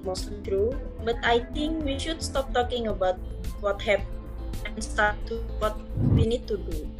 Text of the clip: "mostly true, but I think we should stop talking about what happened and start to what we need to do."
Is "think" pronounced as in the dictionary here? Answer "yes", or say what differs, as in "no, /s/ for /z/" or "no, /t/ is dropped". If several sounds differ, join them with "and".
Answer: no, /t/ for /θ/